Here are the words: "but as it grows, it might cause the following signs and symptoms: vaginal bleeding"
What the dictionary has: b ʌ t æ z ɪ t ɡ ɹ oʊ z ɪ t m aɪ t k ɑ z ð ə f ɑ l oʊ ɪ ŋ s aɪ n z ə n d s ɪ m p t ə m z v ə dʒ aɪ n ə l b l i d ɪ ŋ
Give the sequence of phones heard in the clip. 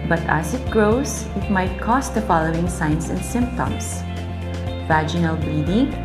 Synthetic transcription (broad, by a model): b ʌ t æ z ɪ t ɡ ɹ oʊ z ɪ t m aɪ t k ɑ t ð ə f ɑ l oʊ ɪ ŋ s aɪ n s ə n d s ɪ m p t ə m s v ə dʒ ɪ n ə l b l i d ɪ ŋ